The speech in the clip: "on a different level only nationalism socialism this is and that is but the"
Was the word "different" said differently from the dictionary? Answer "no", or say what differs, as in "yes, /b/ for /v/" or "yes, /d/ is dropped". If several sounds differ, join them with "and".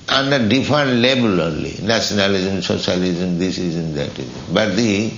yes, /ɹ/ is dropped